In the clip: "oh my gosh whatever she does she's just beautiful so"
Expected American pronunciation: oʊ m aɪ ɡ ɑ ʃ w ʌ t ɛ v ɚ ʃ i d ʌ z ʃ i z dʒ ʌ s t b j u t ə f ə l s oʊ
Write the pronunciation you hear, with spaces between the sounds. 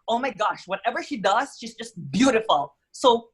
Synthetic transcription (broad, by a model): oʊ m aɪ ɡ ɑ ʃ w ʌ t ɛ v ɚ ʃ i d ʌ z ʃ i z dʒ ʌ s t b j u t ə f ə l s oʊ